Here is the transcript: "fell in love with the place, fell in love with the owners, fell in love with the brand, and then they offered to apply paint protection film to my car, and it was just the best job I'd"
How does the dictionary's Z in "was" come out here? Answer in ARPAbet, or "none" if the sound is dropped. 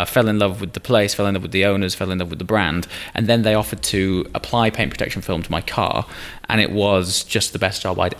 Z